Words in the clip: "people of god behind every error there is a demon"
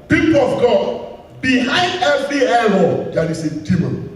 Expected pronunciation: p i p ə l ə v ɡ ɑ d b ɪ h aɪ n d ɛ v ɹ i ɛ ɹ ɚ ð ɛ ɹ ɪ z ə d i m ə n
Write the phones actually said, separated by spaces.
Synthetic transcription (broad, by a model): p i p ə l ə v ɡ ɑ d b ɪ h aɪ n d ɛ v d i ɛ l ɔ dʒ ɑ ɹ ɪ s ə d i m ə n